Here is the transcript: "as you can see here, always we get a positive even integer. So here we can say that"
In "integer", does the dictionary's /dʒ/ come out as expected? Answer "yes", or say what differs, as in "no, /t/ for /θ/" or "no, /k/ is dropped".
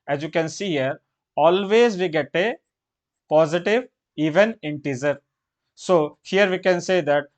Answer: no, /z/ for /dʒ/